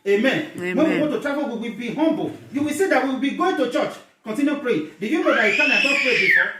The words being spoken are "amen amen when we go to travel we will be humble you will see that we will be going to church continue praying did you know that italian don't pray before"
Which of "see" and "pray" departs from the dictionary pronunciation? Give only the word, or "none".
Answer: pray